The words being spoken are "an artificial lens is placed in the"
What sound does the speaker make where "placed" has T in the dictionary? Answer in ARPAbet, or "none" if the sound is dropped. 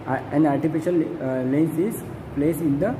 none